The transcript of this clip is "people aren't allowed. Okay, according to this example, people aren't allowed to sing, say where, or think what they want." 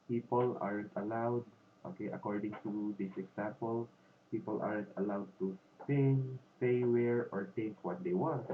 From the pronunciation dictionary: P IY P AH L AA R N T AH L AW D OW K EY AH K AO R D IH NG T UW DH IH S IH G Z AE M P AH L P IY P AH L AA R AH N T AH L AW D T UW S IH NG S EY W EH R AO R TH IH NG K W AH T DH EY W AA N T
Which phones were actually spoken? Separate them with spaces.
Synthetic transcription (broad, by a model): P IY P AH L AA R N T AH L AW D OW K EY AH K AO R D IH NG T UW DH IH S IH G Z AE M P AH L P IY P AH L AA R AH N T AH L AW D T UW S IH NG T EY W EH R AO R T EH K W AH T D EY W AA N T